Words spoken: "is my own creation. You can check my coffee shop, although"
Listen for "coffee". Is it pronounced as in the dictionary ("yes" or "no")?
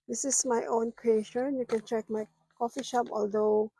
yes